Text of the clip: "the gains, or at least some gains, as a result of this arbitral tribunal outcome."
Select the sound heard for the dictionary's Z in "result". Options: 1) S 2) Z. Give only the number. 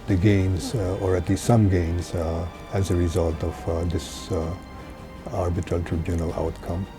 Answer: 2